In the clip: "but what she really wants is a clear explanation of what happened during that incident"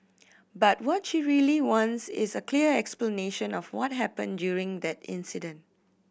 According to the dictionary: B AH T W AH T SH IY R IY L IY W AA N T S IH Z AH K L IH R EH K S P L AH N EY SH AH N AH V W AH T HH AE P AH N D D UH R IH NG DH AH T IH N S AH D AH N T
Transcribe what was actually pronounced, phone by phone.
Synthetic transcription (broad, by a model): B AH T W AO T SH IY R IY L IY W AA N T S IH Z AH K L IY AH EH K S P L AH N EY SH AH N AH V W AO T HH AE P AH N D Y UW R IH NG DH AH T IH N S AH D AH N T